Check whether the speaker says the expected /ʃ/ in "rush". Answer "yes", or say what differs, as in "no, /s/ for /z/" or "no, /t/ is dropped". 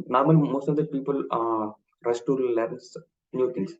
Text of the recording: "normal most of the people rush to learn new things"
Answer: no, /s/ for /ʃ/